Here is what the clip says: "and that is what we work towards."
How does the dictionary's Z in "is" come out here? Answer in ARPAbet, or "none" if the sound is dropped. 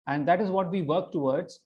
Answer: Z